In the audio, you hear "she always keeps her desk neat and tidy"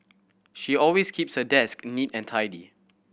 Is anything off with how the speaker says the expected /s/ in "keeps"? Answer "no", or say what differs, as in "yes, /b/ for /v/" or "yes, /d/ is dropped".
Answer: no